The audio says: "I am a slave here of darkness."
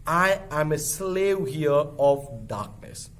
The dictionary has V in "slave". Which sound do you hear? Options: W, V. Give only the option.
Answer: W